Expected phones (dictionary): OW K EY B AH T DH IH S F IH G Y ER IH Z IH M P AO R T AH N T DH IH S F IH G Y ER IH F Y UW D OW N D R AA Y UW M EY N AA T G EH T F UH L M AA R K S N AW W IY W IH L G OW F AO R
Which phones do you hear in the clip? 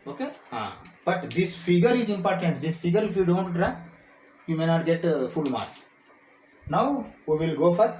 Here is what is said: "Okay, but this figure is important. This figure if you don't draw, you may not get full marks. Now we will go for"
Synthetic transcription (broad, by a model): OW K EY B AH T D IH S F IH G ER IH Z IH M P AO R T AH N T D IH S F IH G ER IH F Y UW D OW N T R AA Y UW M EY N AA T G EH T F UH L M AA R S N AW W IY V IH L G OW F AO R